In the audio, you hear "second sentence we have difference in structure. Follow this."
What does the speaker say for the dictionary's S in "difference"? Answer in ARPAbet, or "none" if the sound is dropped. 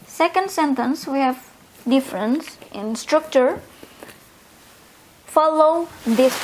S